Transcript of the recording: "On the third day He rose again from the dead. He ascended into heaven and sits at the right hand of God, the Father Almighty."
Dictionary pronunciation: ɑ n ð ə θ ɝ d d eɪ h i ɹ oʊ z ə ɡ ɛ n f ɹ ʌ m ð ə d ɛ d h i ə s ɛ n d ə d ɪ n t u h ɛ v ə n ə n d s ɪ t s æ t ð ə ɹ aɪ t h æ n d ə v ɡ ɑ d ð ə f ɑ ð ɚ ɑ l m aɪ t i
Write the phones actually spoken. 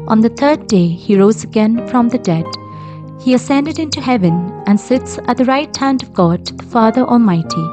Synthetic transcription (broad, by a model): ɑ n ð ə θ ɝ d d eɪ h i ɹ oʊ z ə ɡ ɛ n f ɹ ʌ m ð ə d ɛ d h i ə s ɛ n d ə d ɪ n t u h ɛ v ə n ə n s ɪ t s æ t ð ə ɹ aɪ t h æ n d ə v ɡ ɑ d ð ə f ɑ ð ɚ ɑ l m aɪ t i